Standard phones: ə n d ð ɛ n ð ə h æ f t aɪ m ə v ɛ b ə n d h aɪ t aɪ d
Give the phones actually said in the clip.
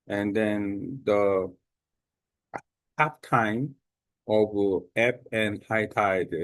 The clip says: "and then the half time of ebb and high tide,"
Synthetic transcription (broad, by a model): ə n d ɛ n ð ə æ p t aɪ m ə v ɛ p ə n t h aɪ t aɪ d